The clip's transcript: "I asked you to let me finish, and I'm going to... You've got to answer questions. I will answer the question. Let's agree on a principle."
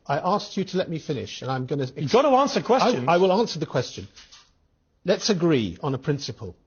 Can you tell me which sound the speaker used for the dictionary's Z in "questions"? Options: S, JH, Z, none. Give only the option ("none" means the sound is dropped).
none